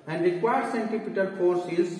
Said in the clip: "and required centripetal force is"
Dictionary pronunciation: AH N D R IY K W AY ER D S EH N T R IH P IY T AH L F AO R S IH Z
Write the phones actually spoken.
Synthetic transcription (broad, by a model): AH N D R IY K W AY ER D S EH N T IH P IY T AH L F AO R S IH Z